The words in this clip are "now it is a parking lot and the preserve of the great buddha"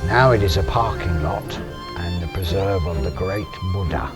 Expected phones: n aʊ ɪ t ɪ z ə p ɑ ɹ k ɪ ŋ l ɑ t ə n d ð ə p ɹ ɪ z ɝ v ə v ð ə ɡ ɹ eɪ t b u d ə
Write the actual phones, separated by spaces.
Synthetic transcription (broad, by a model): n aʊ ɪ t ɪ z ə p ɑ ɹ k ɪ ŋ l ɑ t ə n ð ə p ɹ ɪ z ɝ v ə v ð ə ɡ ɹ eɪ t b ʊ d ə